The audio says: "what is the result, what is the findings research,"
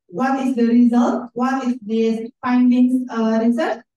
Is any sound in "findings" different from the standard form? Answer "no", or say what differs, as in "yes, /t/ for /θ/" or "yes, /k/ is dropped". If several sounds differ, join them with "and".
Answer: yes, /z/ is dropped